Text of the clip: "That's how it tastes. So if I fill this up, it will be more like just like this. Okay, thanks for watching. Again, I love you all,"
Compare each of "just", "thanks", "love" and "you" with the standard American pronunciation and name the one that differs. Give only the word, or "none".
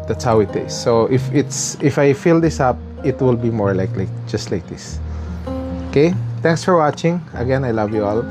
thanks